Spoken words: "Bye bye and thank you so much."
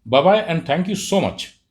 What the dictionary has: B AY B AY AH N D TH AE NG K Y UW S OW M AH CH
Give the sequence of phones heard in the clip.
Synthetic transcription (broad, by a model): B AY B AY AH N D T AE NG K Y UW S OW M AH CH